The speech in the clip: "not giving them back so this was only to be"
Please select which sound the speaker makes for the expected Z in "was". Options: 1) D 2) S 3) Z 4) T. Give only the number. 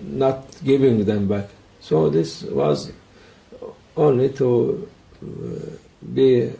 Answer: 3